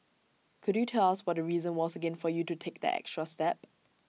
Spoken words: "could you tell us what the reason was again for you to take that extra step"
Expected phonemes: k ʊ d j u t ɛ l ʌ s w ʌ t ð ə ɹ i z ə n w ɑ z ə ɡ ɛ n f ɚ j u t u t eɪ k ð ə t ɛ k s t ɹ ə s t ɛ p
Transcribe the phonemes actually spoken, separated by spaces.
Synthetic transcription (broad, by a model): k ʊ d j u t ɛ l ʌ s w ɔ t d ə ɹ i z ə n w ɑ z ə ɡ ɛ n f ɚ j u t u t eɪ k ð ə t ɛ k s t ɹ ə s t ɛ p